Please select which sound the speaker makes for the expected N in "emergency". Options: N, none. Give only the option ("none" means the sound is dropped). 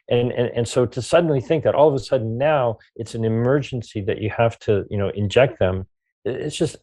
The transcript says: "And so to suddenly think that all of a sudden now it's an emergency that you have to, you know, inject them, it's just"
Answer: N